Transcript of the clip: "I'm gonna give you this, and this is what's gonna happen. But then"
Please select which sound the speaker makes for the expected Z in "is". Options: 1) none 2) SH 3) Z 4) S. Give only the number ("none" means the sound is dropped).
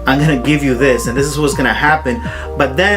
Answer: 3